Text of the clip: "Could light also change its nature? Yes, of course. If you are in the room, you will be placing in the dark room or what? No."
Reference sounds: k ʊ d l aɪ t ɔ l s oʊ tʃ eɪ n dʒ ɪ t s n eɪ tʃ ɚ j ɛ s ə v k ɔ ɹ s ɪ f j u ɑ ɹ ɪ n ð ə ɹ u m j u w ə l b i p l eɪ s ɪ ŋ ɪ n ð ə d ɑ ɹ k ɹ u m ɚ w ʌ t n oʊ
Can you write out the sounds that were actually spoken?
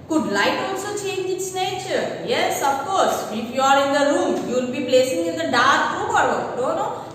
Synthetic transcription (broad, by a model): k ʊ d l aɪ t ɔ n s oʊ tʃ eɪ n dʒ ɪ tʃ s n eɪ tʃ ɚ j ɛ s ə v k ɔ ɹ s ɪ f j u ɑ ɹ ɪ n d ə ɹ u m j u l b i p l eɪ s ɪ ŋ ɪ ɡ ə d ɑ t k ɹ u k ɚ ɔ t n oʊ